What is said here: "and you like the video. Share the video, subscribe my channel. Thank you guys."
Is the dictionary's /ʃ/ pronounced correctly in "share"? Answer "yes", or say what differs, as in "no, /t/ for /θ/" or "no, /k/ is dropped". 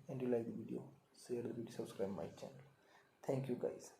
no, /s/ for /ʃ/